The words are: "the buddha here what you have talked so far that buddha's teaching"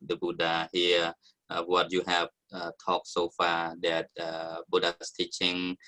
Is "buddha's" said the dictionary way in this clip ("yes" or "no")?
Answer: no